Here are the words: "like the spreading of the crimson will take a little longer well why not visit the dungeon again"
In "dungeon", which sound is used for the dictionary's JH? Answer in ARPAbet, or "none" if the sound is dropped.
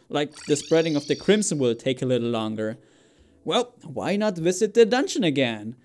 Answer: SH